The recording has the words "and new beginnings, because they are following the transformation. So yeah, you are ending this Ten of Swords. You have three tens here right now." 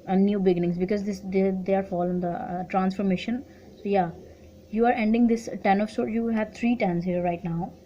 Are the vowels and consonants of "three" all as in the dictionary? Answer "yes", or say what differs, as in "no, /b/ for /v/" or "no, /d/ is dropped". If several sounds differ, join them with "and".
no, /t/ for /θ/